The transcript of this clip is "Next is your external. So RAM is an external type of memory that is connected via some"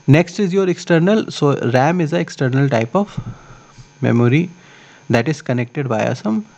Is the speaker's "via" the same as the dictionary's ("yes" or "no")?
no